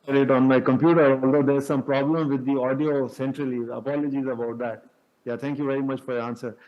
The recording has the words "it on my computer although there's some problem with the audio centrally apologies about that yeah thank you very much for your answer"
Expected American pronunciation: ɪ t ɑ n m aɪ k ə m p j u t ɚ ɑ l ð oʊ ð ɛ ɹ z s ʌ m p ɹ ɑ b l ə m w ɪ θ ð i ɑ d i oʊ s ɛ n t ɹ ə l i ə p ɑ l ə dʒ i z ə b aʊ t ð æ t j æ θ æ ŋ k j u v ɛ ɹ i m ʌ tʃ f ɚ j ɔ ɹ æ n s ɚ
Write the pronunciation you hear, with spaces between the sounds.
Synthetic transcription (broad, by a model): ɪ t ɑ n m aɪ k ə m p j u t ɚ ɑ l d oʊ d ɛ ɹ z s ʌ m p ɹ ɑ b l ə m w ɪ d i ɑ d i oʊ s ɛ n t ɹ ə l i ə p ɑ l ə dʒ i z ə b aʊ t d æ t j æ t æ ŋ k j u v ɛ ɹ i m ʌ tʃ f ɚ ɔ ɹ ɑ n s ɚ